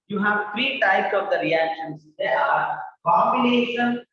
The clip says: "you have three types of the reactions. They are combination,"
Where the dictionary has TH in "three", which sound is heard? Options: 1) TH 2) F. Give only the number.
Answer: 2